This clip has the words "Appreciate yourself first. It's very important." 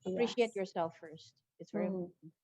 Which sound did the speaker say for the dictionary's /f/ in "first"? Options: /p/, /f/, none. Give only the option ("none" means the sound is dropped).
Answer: /f/